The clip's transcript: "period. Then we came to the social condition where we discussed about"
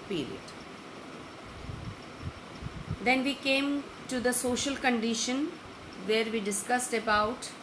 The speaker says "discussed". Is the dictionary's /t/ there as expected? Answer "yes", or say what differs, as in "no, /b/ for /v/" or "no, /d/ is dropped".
yes